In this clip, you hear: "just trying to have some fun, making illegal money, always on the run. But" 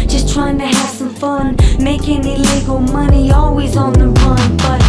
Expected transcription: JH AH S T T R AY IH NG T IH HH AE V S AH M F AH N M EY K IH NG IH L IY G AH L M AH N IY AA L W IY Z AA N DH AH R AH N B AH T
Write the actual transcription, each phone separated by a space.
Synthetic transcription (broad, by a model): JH AH S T T R AY IH NG T IH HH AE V S AH M F AH N M EY K IH NG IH L IY G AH L M AH N IY AA L W IY Z N DH AH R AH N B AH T